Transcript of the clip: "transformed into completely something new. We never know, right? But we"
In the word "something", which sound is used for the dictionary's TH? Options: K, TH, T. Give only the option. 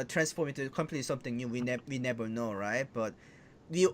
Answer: T